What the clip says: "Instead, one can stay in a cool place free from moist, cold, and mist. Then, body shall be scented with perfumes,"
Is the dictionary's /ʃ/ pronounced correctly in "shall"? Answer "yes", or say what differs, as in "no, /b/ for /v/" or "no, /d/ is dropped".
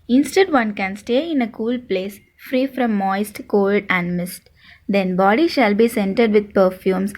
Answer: yes